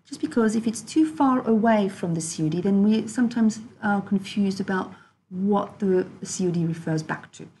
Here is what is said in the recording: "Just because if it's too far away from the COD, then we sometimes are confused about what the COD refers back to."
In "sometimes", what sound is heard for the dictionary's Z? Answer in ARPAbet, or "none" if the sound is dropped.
Z